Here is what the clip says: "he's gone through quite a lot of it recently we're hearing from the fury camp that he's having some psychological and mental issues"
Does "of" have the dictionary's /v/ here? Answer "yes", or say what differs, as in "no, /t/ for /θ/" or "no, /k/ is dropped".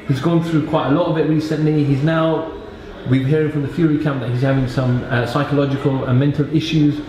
no, /b/ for /v/